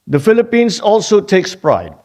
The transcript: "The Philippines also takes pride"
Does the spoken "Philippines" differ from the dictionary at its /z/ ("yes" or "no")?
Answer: yes